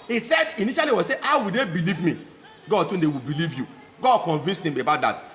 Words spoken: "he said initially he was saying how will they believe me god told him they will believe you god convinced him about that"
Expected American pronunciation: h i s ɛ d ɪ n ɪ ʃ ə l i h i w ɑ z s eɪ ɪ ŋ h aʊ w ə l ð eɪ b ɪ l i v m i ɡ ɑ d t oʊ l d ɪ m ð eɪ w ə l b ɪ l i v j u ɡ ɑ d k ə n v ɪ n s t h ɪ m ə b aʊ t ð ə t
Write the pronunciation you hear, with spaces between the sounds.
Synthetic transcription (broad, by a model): h i s ɛ d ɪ n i ʃ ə l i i w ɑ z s eɪ h aʊ w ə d eɪ b ɪ l i v m i ɡ ɑ d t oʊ n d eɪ w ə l b ɪ l i v j u ɡ ɑ d k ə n v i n s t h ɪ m ə b aʊ t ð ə t